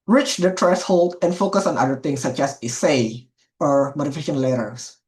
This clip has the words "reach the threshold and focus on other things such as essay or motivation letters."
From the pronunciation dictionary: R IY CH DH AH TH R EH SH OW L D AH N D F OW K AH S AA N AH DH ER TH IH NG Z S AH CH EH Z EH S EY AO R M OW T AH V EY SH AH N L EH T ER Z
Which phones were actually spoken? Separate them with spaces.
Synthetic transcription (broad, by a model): R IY CH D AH T R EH S OW L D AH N F OW K AH S AA N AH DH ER T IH NG S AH CH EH S EH S EY AO R M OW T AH F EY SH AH N L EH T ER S